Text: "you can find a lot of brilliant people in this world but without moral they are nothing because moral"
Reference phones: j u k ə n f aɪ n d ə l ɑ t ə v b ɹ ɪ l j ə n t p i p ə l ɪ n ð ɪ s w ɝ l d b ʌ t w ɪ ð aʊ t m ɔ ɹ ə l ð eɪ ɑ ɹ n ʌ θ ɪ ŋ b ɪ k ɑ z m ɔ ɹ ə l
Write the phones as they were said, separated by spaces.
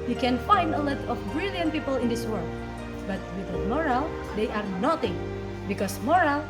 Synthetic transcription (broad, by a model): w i k ə n f aɪ n d ə l ɑ t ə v b ɹ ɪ l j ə n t p i p ə l ɪ n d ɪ s w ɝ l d b ʌ t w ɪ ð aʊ m ɔ ɹ ə l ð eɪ ɑ ɹ n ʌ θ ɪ ŋ b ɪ k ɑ s m ɔ ɹ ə l